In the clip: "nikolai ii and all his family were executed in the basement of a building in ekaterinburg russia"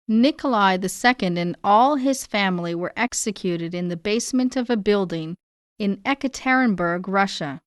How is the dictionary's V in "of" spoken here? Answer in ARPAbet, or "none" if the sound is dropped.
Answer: V